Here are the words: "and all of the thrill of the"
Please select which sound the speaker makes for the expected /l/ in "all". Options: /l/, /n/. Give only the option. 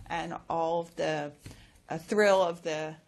/l/